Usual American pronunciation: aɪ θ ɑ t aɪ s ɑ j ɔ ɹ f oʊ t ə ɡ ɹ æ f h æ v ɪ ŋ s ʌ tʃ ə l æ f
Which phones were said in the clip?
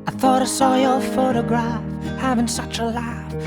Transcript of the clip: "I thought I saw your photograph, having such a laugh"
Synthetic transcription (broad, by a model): aɪ θ ɑ t aɪ s ɑ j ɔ l f oʊ t ə ɡ ɹ æ f h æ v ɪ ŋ s ʌ tʃ ə l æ f